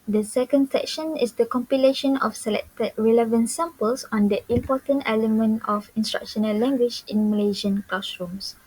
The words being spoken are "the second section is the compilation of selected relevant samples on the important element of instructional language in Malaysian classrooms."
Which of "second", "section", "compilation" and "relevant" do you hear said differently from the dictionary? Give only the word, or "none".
none